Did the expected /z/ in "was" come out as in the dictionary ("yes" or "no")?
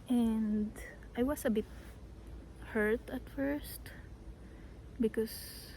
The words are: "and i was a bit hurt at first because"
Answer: no